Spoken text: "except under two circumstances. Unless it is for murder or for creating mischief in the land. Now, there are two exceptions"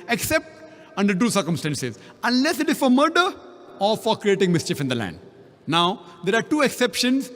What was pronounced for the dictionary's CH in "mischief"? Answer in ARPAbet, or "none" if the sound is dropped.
CH